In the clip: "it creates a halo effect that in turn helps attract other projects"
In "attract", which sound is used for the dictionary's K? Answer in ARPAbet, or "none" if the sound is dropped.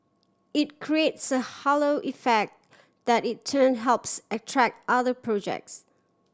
K